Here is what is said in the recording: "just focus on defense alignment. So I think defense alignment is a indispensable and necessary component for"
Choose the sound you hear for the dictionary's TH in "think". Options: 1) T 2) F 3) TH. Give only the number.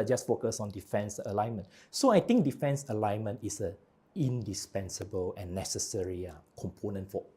1